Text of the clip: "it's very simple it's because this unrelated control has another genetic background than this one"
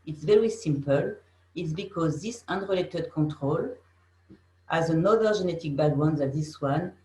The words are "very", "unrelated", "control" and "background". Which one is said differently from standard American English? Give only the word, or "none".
background